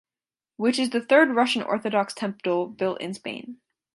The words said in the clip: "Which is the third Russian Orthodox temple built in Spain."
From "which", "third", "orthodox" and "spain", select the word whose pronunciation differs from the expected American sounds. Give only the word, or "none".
none